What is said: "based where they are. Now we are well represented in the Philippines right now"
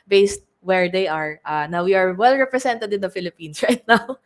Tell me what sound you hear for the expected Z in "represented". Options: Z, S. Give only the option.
S